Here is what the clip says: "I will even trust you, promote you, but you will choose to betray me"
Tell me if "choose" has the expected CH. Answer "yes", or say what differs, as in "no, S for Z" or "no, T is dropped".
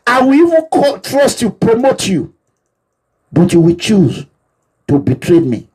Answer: yes